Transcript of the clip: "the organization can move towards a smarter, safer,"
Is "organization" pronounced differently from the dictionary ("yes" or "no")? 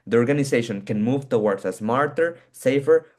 yes